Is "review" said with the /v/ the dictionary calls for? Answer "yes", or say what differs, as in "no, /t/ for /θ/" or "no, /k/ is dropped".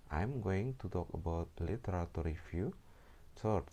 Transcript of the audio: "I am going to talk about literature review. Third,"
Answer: no, /f/ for /v/